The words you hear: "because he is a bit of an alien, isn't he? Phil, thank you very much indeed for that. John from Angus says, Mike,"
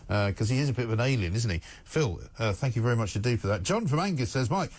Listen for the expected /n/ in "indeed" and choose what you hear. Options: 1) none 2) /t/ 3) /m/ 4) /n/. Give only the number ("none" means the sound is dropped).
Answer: 1